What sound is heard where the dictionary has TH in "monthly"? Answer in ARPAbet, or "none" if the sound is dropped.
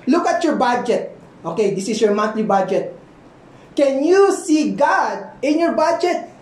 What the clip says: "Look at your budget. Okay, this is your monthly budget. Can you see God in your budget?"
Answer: T